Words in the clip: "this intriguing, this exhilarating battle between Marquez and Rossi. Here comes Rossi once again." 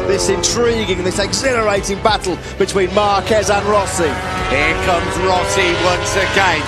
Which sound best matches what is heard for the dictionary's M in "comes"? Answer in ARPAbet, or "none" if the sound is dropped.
M